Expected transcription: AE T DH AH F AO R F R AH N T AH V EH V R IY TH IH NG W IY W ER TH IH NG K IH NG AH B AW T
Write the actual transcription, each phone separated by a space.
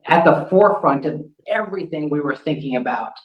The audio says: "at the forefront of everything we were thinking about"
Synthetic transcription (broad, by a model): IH T DH AH F AO R F R AH N T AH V EH V R IY TH IH NG W IY W ER TH IH NG K IH NG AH B AW T